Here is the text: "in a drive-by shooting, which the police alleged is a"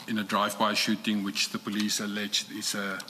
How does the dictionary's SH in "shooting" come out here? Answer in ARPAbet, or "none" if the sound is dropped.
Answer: SH